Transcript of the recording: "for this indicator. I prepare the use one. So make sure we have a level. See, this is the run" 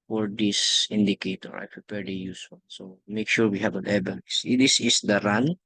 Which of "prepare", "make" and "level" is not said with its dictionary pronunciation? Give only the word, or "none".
level